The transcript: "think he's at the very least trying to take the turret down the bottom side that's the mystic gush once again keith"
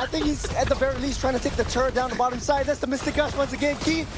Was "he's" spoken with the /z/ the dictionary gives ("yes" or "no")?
yes